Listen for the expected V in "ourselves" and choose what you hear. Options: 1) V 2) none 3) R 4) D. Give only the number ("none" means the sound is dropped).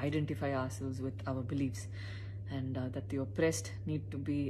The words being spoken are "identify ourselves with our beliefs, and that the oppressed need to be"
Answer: 2